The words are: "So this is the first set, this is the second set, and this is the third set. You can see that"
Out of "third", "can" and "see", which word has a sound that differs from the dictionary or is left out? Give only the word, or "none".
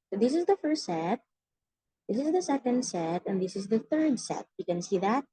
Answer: none